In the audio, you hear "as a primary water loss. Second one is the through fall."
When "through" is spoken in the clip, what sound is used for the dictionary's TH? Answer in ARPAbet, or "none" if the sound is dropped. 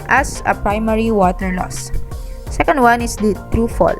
T